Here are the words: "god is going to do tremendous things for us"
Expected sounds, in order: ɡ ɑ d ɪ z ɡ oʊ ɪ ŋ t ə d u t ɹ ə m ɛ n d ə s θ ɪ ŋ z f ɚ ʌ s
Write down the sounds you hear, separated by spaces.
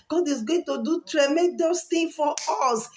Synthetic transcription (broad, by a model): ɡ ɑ d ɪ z ɡ oʊ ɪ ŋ t ə d u t ɹ ə m ɛ n d ə s t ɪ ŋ f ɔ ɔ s